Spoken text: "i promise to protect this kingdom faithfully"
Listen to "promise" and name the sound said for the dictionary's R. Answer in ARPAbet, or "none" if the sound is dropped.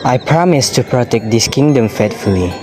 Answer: R